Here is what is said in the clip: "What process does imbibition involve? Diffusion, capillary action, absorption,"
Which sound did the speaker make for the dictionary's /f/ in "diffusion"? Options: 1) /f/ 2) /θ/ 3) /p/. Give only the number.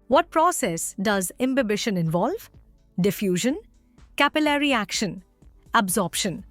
1